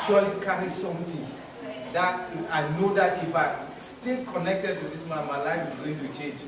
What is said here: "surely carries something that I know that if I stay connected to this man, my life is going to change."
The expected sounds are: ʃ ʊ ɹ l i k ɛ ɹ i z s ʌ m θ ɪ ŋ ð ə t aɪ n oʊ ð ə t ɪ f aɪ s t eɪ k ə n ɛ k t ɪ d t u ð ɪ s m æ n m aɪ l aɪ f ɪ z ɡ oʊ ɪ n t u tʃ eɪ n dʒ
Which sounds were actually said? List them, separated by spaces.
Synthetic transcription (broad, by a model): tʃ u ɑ l i k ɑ ɹ i s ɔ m t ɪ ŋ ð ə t aɪ n oʊ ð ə t ɪ f aɪ s t eɪ k ə n ɛ k t ɪ d t u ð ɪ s m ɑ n m aɪ l aɪ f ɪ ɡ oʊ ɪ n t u tʃ eɪ n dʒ